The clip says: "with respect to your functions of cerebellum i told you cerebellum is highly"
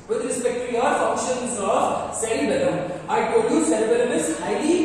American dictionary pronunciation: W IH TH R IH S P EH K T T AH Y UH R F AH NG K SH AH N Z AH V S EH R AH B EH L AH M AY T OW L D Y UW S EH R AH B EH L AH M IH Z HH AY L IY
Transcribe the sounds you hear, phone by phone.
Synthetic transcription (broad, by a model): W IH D R IH S P EH K T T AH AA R F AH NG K SH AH N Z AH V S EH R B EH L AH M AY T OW D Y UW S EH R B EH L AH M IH S HH AY L IY